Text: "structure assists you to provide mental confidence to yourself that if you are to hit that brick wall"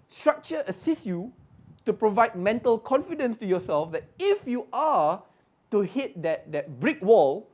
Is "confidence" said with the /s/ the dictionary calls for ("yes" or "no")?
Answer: yes